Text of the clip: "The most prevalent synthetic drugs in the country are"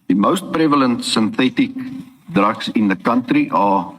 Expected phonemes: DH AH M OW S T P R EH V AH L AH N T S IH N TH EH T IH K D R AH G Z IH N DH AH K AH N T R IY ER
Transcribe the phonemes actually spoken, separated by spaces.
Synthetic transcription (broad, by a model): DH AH M OW S T P R EH V AH L AH N T S IH N TH EH T IH K D R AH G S IH N DH AH K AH N T R IY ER